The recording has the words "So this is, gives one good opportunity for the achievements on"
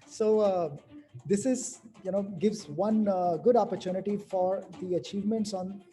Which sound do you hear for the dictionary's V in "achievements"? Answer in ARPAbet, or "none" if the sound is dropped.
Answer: V